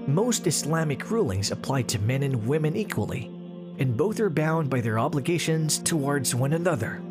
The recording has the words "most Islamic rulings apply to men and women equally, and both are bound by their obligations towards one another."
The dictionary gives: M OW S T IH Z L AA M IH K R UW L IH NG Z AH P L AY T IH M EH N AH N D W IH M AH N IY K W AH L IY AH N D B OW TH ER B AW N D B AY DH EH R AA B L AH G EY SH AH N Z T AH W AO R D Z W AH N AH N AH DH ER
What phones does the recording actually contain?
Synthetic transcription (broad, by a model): M OW S T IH S L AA M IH K R UW L IH NG Z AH P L AY T IH M EH N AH N W IH M AH N IY K W AH L IY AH N B OW TH ER B AW N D B AY DH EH R AA B L AH G EY SH AH N Z T AH W AO R D Z W AH N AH N AH DH ER